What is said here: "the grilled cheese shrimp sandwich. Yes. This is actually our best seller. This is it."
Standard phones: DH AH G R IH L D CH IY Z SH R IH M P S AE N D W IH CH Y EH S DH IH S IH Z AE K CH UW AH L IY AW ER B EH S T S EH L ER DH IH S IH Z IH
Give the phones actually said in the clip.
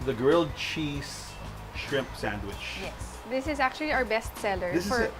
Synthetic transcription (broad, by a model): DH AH G R IH L D CH IY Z SH R IH M P S AE N D W IH CH Y EH S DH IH S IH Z AE K CH UW AH L IY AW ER B EH S T S EH L ER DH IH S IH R